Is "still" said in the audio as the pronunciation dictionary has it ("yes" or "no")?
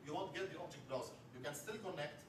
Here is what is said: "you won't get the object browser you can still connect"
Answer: yes